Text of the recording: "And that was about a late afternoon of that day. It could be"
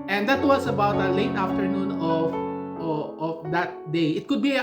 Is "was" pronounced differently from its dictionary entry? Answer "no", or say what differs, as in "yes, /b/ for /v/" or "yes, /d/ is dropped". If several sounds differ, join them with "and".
yes, /s/ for /z/